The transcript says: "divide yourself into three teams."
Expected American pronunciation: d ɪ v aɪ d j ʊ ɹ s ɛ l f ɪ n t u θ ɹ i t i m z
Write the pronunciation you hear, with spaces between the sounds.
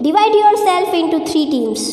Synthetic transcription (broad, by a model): d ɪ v aɪ d j ʊ ɹ s ɛ l f ɪ n t u t ɹ i t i m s